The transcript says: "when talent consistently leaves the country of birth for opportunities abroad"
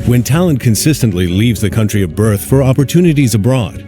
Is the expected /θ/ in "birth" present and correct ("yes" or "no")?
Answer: yes